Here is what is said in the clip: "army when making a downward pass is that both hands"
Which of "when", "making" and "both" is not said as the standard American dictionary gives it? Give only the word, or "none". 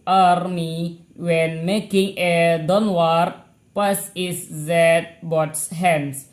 both